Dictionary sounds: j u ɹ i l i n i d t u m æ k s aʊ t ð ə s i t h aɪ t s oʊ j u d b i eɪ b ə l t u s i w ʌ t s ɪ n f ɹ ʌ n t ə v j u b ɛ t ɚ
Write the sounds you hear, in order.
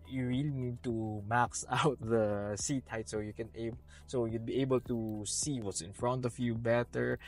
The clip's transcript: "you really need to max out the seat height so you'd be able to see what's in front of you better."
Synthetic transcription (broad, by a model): j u ɹ i l i n i d t u m æ k s aʊ t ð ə s i t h aɪ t s oʊ j u d b i eɪ b ə l t u s i w ʌ t s ɪ n f ɹ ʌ n t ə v j u b ɛ t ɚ